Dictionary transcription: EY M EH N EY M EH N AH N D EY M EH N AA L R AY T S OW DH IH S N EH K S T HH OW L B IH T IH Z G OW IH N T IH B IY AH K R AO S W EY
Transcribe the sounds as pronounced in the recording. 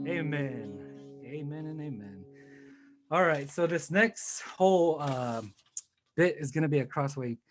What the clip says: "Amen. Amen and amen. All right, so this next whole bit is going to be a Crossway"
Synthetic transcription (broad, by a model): EY M EH N EY M EH N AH N EY M EH N AA L R AY T S OW DH IH S N EH K S T HH OW L B IH T IH Z G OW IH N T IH B IY AH K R AO S W EY